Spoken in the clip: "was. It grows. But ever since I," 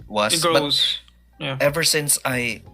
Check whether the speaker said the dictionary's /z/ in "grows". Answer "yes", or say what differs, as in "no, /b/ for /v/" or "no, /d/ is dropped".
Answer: no, /z/ is dropped